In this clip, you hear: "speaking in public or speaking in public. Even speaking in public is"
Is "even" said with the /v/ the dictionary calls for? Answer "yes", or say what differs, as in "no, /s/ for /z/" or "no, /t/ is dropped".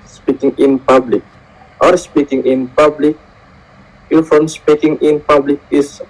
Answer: no, /f/ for /v/